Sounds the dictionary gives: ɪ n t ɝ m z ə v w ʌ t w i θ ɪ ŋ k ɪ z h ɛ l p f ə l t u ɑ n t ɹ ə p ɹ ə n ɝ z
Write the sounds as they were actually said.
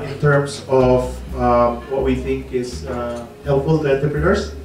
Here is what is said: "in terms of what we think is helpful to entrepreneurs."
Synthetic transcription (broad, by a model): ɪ n t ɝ m s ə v w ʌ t w i θ ɪ ŋ k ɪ s h ɛ l p f ə l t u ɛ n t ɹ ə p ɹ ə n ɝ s